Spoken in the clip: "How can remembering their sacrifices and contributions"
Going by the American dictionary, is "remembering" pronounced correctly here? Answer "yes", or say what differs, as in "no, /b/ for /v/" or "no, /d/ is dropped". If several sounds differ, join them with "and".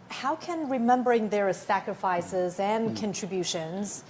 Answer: yes